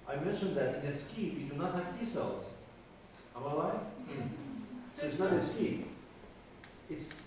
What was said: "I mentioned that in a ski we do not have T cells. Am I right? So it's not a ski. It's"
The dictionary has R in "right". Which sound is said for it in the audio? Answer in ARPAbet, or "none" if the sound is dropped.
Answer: L